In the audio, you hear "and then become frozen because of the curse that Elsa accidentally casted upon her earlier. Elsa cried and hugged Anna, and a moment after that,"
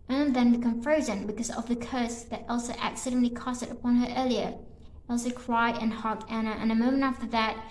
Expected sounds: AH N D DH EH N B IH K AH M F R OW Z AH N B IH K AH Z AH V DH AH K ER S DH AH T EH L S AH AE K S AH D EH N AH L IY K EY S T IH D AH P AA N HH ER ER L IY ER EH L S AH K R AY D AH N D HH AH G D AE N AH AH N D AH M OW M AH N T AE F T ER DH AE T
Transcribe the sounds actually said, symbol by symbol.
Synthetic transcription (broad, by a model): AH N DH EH N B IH K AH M F R OW Z AH N B IH K AH Z AH V DH AH K ER S DH AH T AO L S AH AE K S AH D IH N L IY K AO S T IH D AH P AA N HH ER ER L IY ER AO L S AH K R AY AH N HH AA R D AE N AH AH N AH M OW M AH N T AE F T ER DH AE T